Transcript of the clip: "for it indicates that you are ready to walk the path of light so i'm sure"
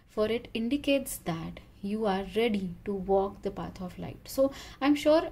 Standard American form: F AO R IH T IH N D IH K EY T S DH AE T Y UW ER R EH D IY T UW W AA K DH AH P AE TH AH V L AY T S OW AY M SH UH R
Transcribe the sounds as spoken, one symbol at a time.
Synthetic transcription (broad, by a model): F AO R IH T IH N D IH K EY T S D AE T Y UW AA R EH D IY T UW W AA K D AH P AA T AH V L AY T S OW AY M SH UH R